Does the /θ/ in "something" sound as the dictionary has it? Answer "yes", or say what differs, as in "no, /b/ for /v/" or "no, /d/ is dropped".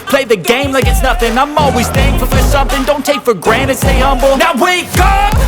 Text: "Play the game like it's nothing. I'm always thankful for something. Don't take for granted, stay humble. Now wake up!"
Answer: yes